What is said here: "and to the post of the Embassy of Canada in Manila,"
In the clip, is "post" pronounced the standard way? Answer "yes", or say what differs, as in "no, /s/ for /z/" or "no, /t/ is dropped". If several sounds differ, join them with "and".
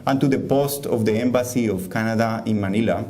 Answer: yes